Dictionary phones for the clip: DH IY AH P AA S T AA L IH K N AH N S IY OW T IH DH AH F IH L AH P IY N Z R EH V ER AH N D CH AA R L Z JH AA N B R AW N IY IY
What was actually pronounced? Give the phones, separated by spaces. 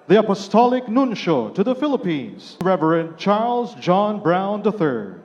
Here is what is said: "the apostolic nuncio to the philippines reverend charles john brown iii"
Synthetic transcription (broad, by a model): DH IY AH P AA S T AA L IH K N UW N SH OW T IH DH AH F IH L AH P IY N Z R EH V ER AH N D CH AA R L Z JH AA N B R AW N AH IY